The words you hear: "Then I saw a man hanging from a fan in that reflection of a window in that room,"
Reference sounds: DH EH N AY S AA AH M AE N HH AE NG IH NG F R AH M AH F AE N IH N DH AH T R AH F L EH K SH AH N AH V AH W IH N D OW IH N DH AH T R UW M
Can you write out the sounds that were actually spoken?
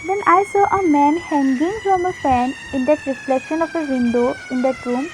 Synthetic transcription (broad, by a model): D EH N AY S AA AH M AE N HH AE NG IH NG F R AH M AH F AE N IH N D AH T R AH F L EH SH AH N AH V AH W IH N D OW IH N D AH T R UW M